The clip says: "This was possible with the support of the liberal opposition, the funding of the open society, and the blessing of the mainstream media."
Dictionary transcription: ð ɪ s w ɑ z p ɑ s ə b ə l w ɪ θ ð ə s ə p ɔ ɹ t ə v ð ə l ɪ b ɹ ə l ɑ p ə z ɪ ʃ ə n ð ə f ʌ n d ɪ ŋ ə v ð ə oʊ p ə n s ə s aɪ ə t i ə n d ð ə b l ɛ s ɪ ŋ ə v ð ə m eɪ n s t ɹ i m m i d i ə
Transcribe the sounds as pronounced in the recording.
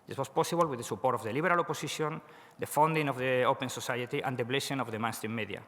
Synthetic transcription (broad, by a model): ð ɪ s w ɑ s p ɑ s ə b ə l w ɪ ð ə s ə p ɔ ɹ t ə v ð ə l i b ɹ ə l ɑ p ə s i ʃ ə n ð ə f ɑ n d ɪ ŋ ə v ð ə oʊ p ə n s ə s aɪ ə t i ə n d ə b l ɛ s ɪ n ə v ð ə m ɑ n s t i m m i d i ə